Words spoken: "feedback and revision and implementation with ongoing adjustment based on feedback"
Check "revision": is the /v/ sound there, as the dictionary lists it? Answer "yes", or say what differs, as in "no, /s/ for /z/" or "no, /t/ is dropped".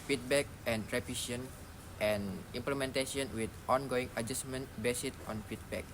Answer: no, /p/ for /v/